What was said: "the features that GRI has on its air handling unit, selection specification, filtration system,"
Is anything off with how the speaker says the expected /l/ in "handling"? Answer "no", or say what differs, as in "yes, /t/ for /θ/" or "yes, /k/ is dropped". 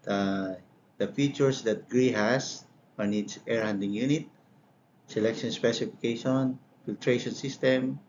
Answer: yes, /l/ is dropped